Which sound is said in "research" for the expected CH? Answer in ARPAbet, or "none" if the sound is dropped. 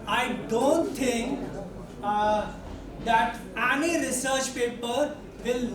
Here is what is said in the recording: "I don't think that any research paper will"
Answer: CH